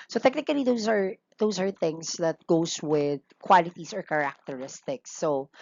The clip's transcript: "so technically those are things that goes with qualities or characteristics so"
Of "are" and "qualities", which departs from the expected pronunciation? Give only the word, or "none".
qualities